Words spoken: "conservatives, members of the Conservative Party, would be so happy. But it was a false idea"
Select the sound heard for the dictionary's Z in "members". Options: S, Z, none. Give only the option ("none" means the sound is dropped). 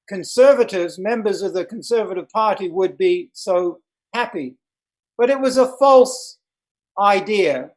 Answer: Z